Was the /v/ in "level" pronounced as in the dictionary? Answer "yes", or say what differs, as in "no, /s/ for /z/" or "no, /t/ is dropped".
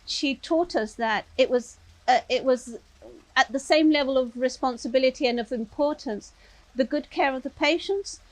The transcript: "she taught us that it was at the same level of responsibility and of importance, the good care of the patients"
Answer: yes